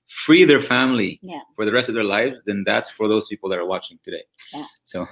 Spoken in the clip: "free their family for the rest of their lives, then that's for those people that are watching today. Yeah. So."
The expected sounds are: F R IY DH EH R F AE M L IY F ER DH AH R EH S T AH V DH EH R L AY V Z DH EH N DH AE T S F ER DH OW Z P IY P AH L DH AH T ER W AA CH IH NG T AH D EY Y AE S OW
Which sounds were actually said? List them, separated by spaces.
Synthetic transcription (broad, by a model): F R IY DH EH R F AE M L IY F ER DH AH R EH S T AH V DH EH R L AY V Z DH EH N DH AE T S F ER DH OW Z P IY P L DH AH T ER W AA CH IH NG T AH D EY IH S OW